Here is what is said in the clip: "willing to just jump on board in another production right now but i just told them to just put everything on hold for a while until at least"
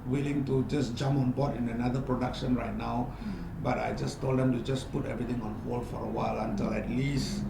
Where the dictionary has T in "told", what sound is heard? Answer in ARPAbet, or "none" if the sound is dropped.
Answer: T